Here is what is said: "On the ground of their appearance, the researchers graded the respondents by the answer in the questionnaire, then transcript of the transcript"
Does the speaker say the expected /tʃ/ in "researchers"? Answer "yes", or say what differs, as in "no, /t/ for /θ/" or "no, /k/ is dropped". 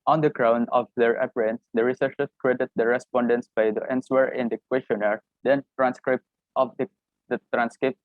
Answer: no, /ʃ/ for /tʃ/